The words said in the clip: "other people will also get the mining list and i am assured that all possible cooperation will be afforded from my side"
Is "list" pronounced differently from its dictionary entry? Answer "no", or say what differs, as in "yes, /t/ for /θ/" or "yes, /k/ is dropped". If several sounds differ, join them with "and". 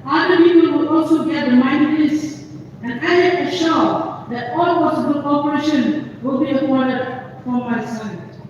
yes, /t/ is dropped